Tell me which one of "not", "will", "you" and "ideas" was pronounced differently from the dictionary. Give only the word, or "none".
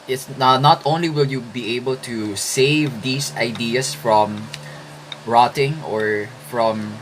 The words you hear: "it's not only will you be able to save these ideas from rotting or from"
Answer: ideas